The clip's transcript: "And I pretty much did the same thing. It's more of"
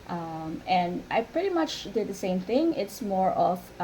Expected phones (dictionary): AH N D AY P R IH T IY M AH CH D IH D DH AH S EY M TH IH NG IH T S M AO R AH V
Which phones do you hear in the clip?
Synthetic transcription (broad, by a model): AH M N AY P R IH T IY M AH CH D IH D DH AH S EY M TH IH NG IH T S M AO R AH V